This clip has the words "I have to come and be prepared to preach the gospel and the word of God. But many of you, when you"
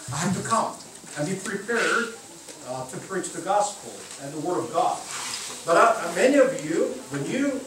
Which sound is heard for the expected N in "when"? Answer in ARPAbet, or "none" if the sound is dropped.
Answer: N